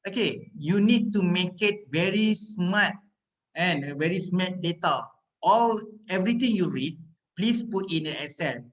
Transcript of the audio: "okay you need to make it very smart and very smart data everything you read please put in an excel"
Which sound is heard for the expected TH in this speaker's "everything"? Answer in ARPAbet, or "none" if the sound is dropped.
T